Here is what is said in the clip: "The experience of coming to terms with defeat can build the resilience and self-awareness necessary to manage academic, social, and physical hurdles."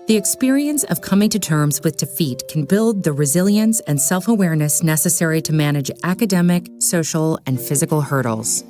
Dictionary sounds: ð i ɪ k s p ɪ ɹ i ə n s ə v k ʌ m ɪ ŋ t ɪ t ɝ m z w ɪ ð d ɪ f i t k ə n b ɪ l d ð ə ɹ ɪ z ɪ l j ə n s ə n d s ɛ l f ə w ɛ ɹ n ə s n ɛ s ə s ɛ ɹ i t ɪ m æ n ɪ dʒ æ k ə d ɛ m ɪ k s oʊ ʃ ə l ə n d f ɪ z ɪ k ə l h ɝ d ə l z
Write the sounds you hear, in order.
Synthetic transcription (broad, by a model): ð i ɪ k s p ɪ ɹ i ə n s ə v k ʌ m ɪ ŋ t ɪ t ɝ m z w ɪ ð d ɪ f i t k n b ɪ l d ð ə ɹ ɪ z ɪ l j ə n s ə n s ɛ l f ə w ɛ ɹ n ə s n ɛ s ə s ɛ ɹ i t ɪ m æ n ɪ dʒ æ k ə d ɛ m ɪ k s oʊ ʃ l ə n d f ɪ z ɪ k l h ɝ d l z